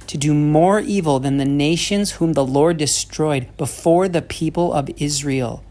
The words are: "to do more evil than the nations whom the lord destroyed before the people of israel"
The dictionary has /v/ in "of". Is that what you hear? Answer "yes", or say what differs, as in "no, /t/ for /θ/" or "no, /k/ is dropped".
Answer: yes